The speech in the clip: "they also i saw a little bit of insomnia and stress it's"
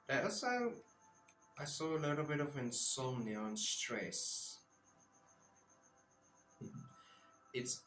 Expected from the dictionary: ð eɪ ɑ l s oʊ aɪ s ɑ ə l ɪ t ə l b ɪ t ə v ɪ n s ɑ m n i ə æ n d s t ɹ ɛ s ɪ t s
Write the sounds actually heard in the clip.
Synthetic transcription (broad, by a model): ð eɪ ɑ s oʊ aɪ s ɑ ə l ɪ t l b ɪ t ə v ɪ n s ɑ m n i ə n s t ɹ ɛ s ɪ t s